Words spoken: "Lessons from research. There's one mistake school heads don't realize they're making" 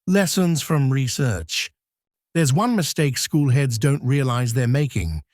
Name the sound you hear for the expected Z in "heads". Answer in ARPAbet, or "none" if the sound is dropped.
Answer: Z